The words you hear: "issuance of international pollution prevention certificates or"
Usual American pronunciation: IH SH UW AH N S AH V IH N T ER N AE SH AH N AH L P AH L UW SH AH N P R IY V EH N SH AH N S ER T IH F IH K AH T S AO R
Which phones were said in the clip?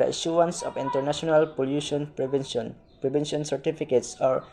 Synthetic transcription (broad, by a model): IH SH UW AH N S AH P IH N T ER N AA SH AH N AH L P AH L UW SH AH N P R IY B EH N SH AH N S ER T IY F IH K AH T S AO R